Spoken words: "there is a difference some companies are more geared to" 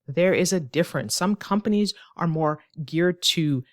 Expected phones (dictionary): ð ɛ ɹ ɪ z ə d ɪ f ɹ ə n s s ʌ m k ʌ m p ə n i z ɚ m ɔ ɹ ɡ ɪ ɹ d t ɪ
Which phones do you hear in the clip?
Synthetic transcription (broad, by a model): ð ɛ ɹ ɪ z ə d ɪ f ɹ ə n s s ʌ m k ʌ m p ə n i z ɚ m ɔ ɹ ɡ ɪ ɹ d t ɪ